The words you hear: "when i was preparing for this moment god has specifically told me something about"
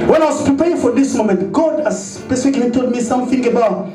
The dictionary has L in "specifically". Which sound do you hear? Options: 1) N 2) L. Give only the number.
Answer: 1